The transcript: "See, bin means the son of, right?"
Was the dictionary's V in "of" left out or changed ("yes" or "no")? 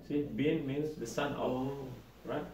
yes